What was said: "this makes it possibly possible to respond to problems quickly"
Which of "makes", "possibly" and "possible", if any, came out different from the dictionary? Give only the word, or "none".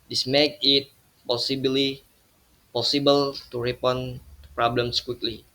makes